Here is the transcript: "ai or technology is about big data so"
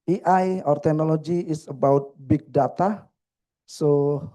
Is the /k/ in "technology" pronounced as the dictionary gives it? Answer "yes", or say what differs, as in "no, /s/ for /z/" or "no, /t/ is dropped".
no, /k/ is dropped